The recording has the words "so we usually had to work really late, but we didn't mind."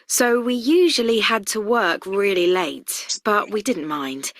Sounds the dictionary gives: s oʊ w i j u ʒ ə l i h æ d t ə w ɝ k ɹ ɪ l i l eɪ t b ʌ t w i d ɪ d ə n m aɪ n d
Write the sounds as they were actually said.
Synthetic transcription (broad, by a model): s oʊ w i j u ʒ ə l i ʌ d t ə w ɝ k ɹ ɪ l i l eɪ t b ʌ t w i d ɪ d n m aɪ n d